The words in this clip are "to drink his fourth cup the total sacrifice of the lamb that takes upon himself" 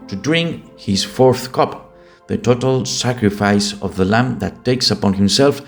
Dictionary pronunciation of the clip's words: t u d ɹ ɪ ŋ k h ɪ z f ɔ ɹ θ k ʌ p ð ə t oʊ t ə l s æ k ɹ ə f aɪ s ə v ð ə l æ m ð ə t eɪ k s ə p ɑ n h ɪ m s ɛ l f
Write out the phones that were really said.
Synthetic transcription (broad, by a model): t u d ɹ ɪ ŋ k h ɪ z f ɔ ɹ θ k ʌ p ð ə t oʊ t ə l s æ k ɹ ə f aɪ s ə v ð ə l æ m ð ə t eɪ k s ə p ɑ n h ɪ m s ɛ l f